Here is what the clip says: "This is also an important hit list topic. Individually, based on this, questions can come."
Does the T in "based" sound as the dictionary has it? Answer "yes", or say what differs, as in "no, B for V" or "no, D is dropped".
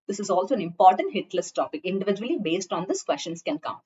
yes